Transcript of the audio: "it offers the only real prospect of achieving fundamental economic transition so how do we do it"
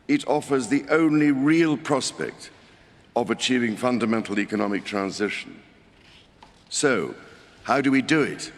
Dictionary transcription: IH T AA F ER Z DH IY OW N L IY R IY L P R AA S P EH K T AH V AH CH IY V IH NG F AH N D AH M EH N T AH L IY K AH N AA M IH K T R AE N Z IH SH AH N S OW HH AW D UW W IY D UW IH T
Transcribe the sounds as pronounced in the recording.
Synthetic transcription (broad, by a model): IH T AA F ER Z DH IY OW N L IY R IY L P R AA S P EH K T AH V AH CH IY V IH NG F AH N D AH M EH N T L IY K AH N AA M IH K T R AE N Z IH SH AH N S OW HH AW D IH W IY D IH IH T